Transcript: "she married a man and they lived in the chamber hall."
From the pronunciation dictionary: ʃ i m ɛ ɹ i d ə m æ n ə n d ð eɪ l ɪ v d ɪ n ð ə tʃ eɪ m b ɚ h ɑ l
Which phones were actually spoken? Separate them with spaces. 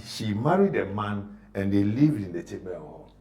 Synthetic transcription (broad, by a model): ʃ i m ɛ ɹ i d ə m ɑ n ə n d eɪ l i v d ɪ n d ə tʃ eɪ b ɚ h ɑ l